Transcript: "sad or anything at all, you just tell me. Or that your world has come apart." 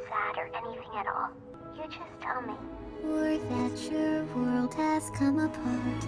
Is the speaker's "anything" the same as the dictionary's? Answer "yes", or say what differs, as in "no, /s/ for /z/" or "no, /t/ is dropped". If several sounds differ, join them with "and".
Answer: yes